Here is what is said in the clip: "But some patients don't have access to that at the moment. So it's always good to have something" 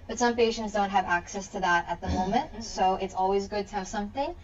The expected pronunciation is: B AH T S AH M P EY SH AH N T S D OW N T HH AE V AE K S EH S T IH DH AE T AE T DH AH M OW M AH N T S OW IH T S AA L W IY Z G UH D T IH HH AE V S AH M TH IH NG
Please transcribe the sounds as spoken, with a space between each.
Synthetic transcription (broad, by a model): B AH T S AH M P EY SH AH N T S D OW N T HH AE V AE K S EH S T IH DH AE T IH T DH AH M OW M AH N T S OW IH T S AA L W IY Z G UH D T IH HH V S AH M TH IH NG